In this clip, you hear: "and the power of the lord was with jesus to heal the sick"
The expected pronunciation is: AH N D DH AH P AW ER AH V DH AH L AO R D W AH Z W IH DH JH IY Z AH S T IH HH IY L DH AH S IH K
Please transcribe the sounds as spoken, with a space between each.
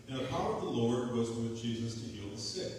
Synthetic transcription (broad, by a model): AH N DH AH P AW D AH V DH AH L AO R D W AH Z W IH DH JH IY Z AH S T IH HH IY L DH AH S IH